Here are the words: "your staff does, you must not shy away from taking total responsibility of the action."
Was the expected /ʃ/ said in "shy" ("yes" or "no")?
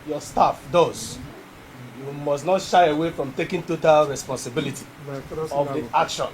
yes